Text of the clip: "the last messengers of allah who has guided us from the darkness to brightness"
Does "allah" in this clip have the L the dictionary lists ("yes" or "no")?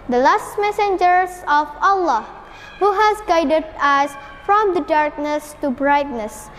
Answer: yes